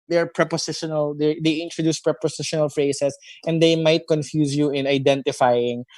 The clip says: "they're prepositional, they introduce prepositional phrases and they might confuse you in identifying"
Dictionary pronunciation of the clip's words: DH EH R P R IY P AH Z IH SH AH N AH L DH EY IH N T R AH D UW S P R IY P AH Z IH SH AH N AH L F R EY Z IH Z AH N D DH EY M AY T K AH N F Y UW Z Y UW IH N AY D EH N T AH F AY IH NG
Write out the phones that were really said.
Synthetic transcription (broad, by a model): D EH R P R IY P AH S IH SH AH N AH L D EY IH N T R AH D UW S P R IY P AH S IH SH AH N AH L F R EY S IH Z AH N D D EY M AY T K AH N F Y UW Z Y UW IH N AY D EH N T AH F AY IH NG